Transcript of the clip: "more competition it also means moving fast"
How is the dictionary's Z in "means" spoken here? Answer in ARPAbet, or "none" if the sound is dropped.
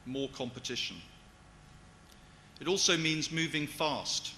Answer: Z